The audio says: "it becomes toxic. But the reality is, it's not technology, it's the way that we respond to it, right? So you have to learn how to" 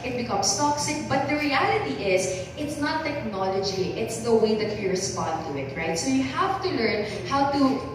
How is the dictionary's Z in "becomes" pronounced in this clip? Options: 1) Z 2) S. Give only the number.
2